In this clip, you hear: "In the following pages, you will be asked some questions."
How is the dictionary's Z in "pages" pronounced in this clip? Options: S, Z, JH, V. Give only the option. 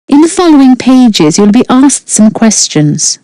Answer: Z